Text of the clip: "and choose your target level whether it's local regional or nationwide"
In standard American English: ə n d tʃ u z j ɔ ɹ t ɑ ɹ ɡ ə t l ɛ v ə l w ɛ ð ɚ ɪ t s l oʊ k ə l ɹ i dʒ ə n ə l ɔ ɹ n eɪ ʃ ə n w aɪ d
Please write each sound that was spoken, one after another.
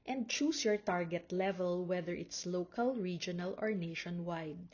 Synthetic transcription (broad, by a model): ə n d tʃ u s j ɔ ɹ t ɑ ɹ ɡ ə t l ɛ v ə l w ɛ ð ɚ ɪ t s l oʊ k ə l ɹ i dʒ ə n ə l ɔ ɹ n eɪ ʃ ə n w aɪ d